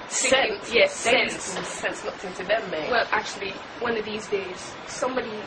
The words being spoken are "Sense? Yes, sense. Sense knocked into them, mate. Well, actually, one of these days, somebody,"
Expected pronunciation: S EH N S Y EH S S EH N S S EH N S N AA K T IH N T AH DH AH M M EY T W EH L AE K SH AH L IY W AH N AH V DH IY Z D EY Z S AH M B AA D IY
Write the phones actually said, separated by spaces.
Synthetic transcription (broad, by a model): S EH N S Y EH S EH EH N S S EH N S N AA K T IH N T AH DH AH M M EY W EH L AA K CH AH L IY W AH N AH V DH IY Z D EY Z S AH M B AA D IY